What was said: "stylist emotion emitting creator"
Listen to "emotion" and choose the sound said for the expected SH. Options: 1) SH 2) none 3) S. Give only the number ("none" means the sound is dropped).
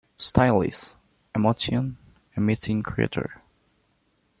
3